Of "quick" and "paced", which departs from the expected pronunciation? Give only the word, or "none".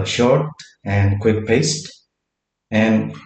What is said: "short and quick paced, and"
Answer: none